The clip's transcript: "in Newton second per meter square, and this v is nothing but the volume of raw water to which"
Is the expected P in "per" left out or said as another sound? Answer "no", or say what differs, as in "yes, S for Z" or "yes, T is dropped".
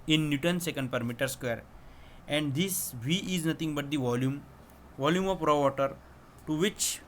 no